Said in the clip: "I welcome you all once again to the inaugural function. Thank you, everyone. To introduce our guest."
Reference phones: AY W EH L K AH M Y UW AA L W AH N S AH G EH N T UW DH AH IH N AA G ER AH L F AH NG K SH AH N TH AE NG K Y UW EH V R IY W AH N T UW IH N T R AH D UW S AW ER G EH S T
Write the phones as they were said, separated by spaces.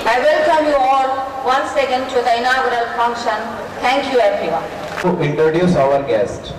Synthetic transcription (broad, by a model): AY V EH L K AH M Y UW AA L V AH N S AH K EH N T UW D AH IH N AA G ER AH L F AH NG K SH AH N T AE NG K Y UW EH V R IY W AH N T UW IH N T R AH D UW S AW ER G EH S T